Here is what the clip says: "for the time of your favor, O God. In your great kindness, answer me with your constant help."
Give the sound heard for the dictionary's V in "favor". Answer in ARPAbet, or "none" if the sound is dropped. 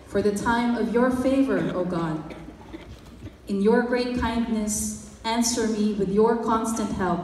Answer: V